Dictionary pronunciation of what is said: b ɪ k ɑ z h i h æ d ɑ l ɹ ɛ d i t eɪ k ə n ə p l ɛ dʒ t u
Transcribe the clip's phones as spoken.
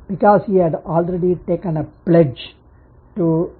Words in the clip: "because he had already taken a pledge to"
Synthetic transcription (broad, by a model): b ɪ k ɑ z h i h æ d ɑ l ɹ ɛ d i t eɪ k ə n ə p l ɛ dʒ t u